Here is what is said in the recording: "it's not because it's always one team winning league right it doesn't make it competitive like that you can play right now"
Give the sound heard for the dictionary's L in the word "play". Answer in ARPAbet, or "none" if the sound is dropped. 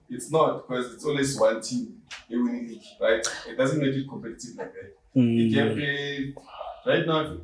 none